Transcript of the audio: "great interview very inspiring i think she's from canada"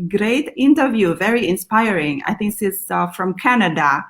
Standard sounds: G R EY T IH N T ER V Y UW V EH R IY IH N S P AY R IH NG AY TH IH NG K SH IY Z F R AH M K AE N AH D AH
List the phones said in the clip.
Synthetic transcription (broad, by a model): G R EY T IH N T ER V Y UW V EH R IY IH N S P AY R IH NG AY TH IH NG K S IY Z F R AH M K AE N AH D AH